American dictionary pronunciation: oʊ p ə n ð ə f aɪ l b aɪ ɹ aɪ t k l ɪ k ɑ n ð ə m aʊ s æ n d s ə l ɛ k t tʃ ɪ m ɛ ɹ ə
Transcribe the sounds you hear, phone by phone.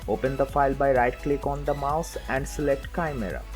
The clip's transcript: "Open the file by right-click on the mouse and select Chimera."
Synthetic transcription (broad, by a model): oʊ p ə n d ə f aɪ l b aɪ ɹ aɪ t k l ɪ k ɑ n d ə m aʊ s æ n d s ə l ɛ k t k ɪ m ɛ ɹ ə